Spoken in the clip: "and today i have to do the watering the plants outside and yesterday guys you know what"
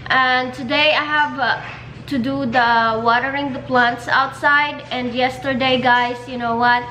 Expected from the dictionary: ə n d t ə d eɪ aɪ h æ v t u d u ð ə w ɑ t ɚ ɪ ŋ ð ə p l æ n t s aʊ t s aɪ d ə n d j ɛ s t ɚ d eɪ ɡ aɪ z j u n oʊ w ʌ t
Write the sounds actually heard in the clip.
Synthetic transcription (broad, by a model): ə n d t ə d eɪ aɪ h æ v t u d u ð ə w ɑ t ɚ ɪ ŋ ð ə p l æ n t s aʊ t s aɪ d ə n d j ɛ s t ɚ d eɪ ɡ aɪ s j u n oʊ w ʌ t